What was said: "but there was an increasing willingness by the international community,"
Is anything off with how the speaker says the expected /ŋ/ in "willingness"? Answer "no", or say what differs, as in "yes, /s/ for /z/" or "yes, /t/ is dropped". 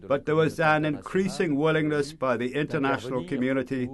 no